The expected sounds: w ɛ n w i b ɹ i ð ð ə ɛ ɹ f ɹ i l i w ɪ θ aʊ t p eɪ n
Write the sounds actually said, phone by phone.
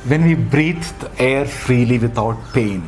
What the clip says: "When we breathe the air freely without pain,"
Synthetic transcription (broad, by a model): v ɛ n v i b ɹ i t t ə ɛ ɹ f ɹ i l i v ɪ t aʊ t p eɪ n